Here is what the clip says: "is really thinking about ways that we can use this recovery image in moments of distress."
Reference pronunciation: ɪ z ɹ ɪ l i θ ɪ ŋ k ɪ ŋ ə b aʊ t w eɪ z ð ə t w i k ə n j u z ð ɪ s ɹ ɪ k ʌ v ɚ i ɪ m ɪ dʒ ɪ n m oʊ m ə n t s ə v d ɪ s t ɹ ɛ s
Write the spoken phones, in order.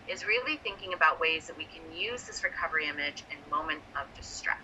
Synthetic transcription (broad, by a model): ɪ z ɹ ɪ l i θ ɪ ŋ k ɪ ŋ ə b aʊ t w eɪ z ð ə t w i k ə n j u z ð ɪ s ɹ ɪ k ʌ v ɚ i ɪ m ɪ dʒ ɪ n m oʊ m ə n t ə v d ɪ s t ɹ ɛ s